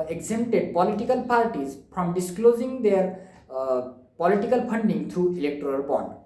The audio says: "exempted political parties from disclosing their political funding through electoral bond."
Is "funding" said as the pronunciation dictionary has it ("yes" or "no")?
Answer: no